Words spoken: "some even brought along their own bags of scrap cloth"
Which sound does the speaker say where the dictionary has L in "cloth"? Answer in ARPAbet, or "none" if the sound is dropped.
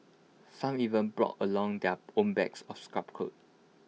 none